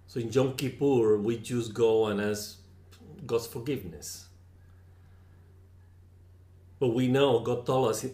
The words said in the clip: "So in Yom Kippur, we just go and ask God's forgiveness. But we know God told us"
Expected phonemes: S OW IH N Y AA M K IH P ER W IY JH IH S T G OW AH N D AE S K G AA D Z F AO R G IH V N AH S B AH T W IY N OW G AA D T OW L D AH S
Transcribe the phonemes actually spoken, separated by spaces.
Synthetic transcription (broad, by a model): S OW IH N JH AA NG K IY P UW W IY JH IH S G OW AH N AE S G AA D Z F AO R G IH V N AH S B AH T W IY N OW G AA D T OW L AH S